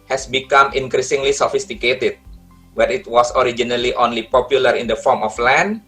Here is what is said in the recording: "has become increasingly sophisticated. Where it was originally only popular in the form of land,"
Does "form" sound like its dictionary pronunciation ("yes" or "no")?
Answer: yes